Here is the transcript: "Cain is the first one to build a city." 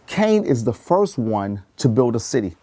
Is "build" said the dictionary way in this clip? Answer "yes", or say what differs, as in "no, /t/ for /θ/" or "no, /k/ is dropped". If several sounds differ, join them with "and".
yes